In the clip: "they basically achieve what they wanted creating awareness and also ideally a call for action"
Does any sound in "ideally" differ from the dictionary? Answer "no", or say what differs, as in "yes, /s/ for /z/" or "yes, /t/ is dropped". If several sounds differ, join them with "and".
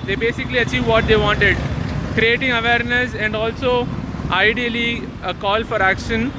no